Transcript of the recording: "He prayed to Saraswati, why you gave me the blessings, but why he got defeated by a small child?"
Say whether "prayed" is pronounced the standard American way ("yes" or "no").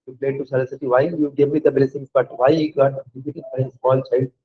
no